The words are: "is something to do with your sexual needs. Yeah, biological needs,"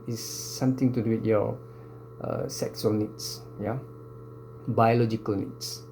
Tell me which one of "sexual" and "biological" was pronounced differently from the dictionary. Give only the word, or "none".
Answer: sexual